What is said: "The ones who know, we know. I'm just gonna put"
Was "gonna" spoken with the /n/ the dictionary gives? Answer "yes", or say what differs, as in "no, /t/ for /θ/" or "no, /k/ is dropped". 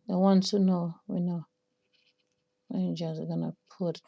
yes